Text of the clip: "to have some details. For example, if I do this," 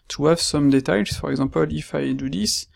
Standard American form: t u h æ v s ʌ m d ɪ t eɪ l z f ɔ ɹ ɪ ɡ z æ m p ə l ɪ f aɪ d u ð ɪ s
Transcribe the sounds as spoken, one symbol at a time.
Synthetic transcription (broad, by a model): t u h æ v s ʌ m d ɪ t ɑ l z f ɔ ɹ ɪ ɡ z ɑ p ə l ɪ f aɪ d u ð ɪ s